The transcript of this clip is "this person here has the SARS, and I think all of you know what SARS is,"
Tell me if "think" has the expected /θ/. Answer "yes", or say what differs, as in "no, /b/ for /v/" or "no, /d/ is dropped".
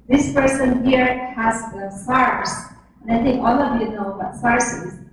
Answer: no, /t/ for /θ/